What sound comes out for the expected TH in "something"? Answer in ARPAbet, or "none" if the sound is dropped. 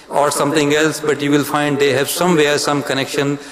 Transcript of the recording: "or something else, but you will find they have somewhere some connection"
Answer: T